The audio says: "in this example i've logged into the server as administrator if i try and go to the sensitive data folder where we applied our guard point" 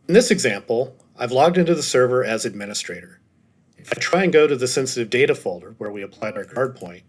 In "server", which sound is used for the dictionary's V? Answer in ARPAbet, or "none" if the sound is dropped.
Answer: V